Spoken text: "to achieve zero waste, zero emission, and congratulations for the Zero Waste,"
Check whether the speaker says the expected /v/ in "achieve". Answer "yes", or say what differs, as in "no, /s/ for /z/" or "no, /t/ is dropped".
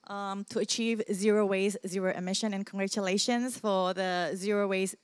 yes